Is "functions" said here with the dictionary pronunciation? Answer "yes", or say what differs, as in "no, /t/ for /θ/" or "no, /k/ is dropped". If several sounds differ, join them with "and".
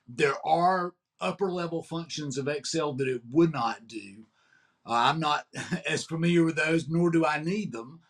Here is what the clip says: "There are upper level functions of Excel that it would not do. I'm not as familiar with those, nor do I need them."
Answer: yes